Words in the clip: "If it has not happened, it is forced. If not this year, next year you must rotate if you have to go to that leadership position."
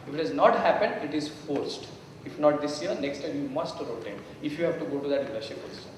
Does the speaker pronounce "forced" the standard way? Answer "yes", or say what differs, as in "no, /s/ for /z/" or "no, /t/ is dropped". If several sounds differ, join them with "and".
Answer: yes